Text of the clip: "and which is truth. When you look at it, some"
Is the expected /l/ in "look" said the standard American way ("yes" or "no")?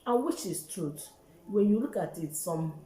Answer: yes